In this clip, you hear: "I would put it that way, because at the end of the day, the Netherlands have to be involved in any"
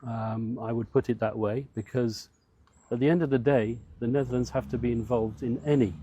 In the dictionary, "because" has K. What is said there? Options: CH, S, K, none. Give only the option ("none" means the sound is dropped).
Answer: K